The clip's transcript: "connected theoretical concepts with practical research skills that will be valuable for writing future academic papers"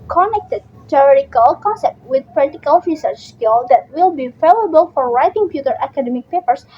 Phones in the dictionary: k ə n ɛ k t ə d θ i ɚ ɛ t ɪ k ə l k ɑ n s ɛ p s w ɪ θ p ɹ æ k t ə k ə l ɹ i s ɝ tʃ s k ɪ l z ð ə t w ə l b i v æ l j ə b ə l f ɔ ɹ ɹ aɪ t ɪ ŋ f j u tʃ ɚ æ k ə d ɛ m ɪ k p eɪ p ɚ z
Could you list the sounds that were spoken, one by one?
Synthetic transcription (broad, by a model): k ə n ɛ k t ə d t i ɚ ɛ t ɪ k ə l k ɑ n s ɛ p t w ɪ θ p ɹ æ t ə k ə l ɹ i s ɝ tʃ s k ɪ l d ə t w ə l b i f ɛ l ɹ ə b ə l f ɔ ɹ ɹ aɪ t ɪ ŋ p j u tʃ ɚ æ k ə d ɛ m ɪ k p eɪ p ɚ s